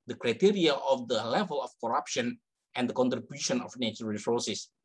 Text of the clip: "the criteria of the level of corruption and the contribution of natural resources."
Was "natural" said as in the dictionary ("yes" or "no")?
no